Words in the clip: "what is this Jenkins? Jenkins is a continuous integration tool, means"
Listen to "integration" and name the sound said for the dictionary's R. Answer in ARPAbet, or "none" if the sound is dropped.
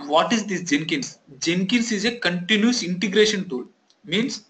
R